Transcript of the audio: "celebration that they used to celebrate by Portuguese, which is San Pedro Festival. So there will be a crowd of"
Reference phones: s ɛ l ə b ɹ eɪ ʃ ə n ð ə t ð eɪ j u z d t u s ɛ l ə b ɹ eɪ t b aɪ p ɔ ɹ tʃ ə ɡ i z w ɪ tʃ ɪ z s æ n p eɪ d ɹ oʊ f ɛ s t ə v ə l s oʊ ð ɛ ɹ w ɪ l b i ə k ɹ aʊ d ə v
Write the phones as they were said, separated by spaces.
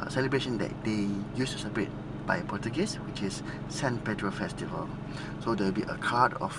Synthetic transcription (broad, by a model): s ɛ l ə b ɹ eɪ ʃ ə n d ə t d eɪ j u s t u s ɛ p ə ɹ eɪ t b aɪ p ɔ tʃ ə ɡ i s w ɪ tʃ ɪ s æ n p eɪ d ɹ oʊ f ɛ s t ə v ə l s oʊ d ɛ w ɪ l b i ə k aʊ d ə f